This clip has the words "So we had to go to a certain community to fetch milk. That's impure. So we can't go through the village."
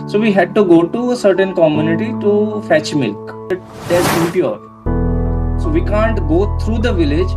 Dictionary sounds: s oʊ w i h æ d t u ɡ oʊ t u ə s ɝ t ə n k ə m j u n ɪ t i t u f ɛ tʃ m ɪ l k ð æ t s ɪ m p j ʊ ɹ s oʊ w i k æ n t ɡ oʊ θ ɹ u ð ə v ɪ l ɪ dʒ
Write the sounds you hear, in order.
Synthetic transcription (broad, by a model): s oʊ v i h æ d t u ɡ oʊ t u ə s ɝ t ə n k ə m j u n ɪ t i t u f ɛ tʃ m ɪ l k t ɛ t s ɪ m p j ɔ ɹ s oʊ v i k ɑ n t ɡ oʊ t ɹ u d ə v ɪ l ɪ dʒ